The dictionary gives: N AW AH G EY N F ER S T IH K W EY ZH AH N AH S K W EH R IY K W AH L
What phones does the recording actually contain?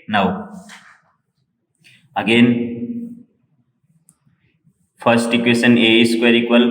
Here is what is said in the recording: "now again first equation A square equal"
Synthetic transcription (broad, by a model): N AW AH G EY N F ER S T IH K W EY S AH N AH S K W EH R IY K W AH L